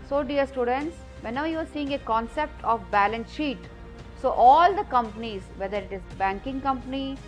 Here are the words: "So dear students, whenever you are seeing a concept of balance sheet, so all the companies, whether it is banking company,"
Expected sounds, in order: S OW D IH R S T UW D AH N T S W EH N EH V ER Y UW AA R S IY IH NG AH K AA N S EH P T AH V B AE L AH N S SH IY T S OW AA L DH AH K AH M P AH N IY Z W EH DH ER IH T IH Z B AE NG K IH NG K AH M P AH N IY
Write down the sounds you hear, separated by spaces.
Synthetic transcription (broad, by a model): S OW D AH R S T UW D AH N T S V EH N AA UH Y UW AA R S IY IH NG AH K AA N S EH P T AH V B AE L AH N S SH IY T S OW AA L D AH K AH M P AH N IY Z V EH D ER IH T IH Z B AE NG K IH NG K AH M P AH N IY